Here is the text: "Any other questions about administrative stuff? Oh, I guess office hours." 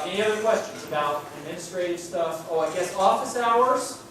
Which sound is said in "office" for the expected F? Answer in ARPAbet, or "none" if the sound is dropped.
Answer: F